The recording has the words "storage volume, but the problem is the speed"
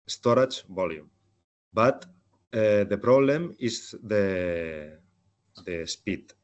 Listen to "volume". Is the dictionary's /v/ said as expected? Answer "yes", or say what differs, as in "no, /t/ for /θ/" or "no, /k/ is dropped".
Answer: no, /b/ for /v/